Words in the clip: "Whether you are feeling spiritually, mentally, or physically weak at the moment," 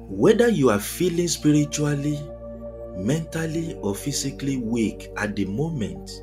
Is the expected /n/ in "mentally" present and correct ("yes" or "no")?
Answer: yes